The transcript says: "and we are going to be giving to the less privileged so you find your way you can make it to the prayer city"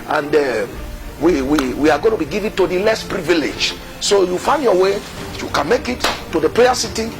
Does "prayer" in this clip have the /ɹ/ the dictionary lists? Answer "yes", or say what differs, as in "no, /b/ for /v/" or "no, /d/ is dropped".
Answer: no, /l/ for /ɹ/